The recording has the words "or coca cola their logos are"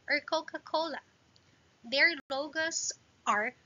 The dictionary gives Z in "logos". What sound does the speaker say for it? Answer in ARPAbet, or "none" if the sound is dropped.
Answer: S